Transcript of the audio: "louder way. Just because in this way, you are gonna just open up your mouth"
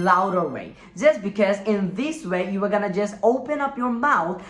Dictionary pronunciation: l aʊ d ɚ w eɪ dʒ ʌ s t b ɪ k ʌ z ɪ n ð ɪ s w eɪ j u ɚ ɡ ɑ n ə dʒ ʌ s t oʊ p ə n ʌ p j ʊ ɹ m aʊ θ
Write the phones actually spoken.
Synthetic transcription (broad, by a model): l aʊ d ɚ w eɪ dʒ ʌ s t b ɪ k ʌ z ɪ n ð ɪ s w eɪ j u ɚ ɡ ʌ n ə dʒ ʌ s t oʊ p ə n ʌ p j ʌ ɹ m aʊ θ